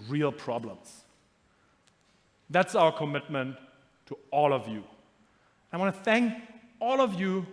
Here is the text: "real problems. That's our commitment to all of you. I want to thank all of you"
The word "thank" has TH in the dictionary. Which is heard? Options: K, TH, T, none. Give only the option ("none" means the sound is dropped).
TH